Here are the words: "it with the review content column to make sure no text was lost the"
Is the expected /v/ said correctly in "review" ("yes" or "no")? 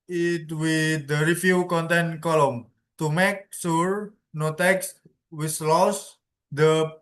no